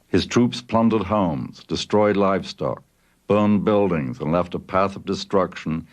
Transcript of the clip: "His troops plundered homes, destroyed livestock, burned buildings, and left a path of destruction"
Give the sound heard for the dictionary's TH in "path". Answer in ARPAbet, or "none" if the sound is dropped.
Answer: TH